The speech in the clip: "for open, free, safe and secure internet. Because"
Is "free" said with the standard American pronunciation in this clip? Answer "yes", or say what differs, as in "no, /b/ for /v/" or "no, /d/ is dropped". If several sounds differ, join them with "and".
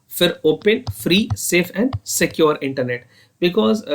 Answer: yes